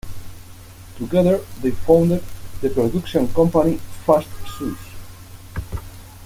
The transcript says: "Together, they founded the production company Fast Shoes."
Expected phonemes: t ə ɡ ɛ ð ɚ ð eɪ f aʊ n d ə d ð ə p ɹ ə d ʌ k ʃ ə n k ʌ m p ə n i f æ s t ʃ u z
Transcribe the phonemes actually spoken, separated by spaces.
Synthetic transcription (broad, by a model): t ə ɡ ɛ ð ɚ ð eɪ f aʊ n d ə d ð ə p ɹ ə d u k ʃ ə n k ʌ m p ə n i f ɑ s t s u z